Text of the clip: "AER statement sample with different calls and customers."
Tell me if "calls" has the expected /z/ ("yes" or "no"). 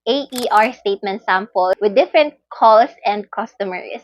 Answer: no